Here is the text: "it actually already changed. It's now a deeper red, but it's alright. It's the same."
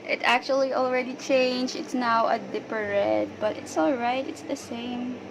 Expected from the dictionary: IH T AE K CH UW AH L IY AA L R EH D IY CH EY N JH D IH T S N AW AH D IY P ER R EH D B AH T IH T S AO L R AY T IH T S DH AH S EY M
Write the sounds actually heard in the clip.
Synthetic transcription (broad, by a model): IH T AE K CH UW AH L IY AA L R EH D IY CH EY N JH IH T S N AW AH D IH P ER R EH D B AH T IH T S AO L R AY T IH T S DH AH S EY M